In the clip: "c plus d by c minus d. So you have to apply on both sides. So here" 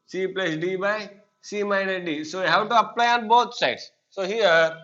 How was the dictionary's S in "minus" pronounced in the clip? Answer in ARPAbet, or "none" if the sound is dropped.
none